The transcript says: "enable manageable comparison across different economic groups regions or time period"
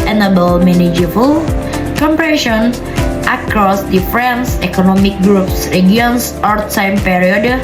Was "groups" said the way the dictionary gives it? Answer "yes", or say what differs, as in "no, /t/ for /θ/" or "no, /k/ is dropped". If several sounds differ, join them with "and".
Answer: yes